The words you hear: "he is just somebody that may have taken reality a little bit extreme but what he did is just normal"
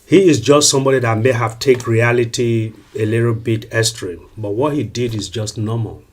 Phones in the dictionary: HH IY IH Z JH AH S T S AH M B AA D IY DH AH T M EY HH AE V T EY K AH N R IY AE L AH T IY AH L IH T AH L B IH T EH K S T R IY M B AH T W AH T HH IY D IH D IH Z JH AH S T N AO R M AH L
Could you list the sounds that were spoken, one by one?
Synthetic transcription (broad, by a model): HH IY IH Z JH AH S T S AH M B AA D IY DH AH T M EY HH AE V T EY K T R IY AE L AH T IY AH L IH T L B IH T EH S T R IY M B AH T W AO T HH IY D IH D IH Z JH AH S T N AO M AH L